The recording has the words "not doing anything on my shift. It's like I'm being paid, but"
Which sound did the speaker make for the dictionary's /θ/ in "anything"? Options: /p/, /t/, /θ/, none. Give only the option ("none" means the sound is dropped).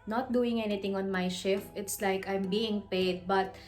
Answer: /t/